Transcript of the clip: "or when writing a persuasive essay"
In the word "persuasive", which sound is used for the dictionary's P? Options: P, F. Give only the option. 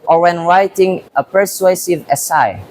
P